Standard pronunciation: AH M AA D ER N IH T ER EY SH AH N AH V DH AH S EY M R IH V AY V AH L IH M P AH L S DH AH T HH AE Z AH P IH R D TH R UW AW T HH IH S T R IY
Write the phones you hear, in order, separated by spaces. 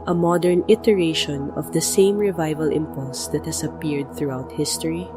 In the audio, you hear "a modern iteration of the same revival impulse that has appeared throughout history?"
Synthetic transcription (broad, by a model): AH M AA D ER N IH T ER EY SH AH N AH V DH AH S EY M R IH V AY V AH L IH M P AH L S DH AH T HH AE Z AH P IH R D TH R UW AW T HH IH S T R IY